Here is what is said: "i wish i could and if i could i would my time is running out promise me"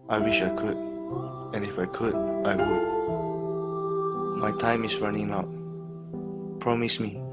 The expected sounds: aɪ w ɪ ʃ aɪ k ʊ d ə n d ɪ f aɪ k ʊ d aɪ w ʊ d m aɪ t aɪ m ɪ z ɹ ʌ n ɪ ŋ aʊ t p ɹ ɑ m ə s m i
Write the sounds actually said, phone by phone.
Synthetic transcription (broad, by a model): aɪ w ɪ ʃ aɪ k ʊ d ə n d ɪ f aɪ k ʊ d aɪ w ʊ d m aɪ t aɪ m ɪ s ɹ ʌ n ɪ ŋ aʊ t p ɹ ɑ m ə s m i